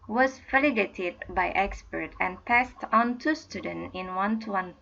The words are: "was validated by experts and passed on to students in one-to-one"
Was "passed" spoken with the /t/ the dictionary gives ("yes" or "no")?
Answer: yes